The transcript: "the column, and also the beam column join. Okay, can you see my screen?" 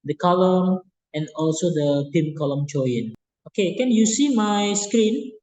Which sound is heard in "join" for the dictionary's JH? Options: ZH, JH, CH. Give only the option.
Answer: CH